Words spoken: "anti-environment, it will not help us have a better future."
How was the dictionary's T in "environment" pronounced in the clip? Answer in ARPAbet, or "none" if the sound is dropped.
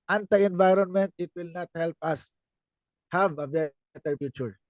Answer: T